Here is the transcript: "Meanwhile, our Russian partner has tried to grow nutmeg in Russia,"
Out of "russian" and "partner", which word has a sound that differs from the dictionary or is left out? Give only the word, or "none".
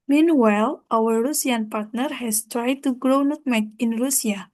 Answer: russian